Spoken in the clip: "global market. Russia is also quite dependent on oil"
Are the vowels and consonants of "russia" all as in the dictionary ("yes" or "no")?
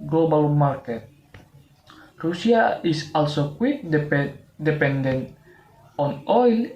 no